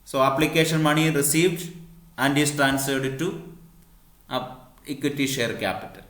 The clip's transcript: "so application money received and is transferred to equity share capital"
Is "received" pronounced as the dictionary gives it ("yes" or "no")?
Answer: yes